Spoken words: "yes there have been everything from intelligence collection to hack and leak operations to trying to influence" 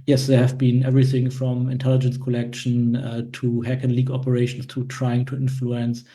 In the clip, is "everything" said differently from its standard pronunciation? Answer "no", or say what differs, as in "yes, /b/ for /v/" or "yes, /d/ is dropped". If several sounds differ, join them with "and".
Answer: no